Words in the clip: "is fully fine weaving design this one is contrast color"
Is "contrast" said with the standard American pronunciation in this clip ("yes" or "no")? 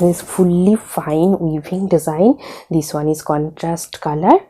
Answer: yes